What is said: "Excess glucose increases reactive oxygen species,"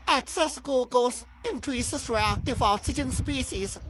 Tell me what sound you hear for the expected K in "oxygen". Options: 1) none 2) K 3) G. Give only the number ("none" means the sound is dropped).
1